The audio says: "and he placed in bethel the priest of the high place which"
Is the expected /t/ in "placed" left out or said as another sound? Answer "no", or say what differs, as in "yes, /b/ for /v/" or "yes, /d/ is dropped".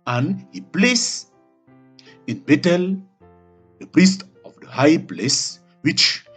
yes, /t/ is dropped